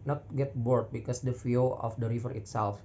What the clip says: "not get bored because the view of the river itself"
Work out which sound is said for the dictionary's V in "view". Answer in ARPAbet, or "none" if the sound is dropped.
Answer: F